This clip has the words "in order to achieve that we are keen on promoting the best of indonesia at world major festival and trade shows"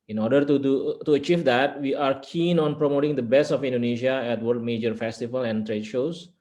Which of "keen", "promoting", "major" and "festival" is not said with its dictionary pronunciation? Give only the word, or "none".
none